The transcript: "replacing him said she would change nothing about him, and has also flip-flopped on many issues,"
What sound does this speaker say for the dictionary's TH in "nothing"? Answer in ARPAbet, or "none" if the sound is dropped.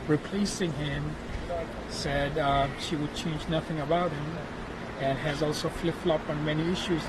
TH